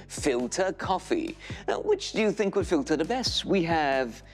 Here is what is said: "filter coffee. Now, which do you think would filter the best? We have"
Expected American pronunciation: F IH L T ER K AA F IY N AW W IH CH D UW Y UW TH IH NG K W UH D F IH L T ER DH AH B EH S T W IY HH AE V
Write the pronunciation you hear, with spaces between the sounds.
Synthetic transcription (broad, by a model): F IH L T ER K AA F IY W IH CH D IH Y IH TH IH NG K W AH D F IH L T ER DH AH B EH S T W IY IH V